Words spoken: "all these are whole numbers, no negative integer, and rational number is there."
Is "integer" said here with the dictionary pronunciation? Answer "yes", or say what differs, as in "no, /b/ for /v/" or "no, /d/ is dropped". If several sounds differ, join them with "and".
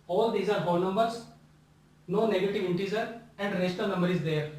no, /z/ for /dʒ/